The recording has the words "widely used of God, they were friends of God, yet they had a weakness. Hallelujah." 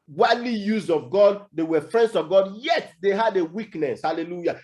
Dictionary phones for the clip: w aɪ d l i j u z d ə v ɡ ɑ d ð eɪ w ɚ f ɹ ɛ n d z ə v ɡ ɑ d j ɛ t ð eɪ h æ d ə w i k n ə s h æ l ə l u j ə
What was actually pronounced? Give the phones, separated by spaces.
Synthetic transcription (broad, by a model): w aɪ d l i j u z ə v ɡ ɑ d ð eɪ w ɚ f ɹ ɛ n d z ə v ɡ ɑ d j ɛ t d eɪ h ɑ d ə w i k n ə s h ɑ l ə l u j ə